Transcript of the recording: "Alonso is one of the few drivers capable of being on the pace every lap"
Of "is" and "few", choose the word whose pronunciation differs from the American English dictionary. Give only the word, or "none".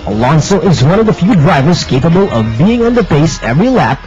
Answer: none